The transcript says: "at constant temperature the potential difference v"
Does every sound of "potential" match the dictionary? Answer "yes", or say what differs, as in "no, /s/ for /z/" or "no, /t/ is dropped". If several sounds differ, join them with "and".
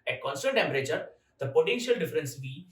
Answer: yes